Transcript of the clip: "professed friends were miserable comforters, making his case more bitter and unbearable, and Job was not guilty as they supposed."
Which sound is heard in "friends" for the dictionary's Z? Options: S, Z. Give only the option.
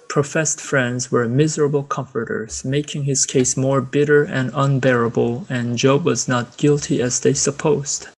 Z